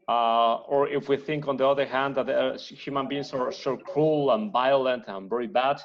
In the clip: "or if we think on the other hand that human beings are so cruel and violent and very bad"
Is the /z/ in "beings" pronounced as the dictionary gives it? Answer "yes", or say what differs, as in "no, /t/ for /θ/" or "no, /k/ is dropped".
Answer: no, /s/ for /z/